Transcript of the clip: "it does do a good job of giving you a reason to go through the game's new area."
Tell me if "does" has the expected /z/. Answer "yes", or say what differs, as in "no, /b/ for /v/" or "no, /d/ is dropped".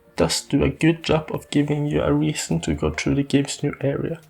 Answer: no, /s/ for /z/